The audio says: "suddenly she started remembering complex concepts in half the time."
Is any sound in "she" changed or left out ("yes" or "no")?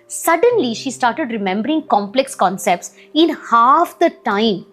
no